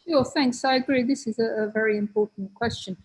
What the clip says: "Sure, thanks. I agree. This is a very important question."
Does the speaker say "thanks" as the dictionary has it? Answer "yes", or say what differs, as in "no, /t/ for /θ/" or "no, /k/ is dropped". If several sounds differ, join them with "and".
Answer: yes